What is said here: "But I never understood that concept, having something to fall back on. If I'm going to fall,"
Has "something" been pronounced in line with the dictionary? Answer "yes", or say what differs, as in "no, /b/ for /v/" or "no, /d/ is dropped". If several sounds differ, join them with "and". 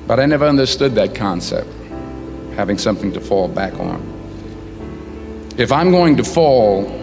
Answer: yes